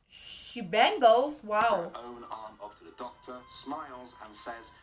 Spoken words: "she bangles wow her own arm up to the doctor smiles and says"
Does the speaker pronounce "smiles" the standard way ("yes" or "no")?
yes